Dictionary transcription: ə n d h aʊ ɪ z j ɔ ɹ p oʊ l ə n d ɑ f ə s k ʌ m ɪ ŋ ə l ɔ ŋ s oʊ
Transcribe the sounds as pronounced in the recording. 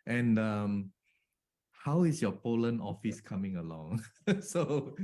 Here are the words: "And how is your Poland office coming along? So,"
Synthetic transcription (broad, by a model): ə n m h aʊ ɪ s j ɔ p oʊ l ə n ɑ f ə s k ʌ m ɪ ŋ ə l ɔ ŋ s oʊ